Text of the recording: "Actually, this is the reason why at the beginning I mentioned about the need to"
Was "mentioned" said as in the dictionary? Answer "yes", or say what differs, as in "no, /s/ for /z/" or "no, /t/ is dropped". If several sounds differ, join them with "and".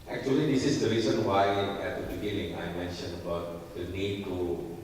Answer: no, /d/ is dropped